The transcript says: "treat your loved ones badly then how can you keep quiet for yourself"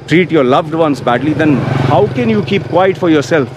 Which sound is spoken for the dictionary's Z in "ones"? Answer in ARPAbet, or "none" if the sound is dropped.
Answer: S